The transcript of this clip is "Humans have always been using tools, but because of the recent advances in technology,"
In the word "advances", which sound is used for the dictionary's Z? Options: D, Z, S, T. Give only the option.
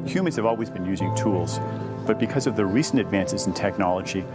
Z